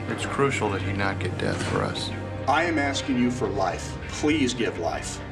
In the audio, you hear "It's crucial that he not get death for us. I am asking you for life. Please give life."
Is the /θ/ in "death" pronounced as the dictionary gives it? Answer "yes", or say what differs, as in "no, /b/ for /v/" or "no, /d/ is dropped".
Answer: yes